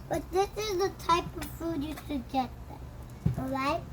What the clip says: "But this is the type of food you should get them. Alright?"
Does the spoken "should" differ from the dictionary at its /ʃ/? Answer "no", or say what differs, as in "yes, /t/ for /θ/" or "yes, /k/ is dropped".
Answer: yes, /s/ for /ʃ/